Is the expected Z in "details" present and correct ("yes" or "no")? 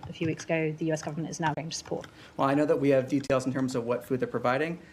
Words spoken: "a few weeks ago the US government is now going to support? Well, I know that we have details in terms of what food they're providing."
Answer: yes